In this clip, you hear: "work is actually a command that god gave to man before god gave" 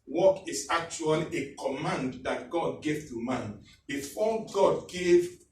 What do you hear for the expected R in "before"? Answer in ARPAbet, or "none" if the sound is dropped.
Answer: L